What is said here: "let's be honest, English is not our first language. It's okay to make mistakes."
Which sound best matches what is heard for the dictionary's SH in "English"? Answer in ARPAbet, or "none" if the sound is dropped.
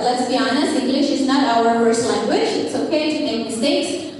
SH